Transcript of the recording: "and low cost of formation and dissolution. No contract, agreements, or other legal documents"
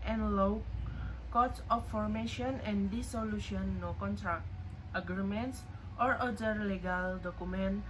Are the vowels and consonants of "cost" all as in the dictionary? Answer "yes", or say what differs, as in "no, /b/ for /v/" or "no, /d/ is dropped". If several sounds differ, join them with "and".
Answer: no, /s/ is dropped